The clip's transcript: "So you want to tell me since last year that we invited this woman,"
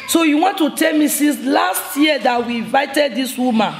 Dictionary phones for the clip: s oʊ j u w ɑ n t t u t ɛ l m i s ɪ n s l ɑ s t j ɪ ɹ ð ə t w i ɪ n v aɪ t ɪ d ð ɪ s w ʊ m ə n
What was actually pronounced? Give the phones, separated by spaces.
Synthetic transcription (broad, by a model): s oʊ j u w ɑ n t t u t ɛ l m i s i s l ɑ s t j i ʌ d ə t w i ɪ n v aɪ t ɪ d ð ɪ s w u m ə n